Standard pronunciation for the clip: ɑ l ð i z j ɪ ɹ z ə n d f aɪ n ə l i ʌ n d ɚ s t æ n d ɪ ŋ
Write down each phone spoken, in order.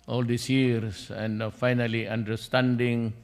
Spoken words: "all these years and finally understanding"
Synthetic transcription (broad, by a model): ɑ l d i s j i ɹ s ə n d f aɪ n ə l i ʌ n d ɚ s t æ n d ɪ ŋ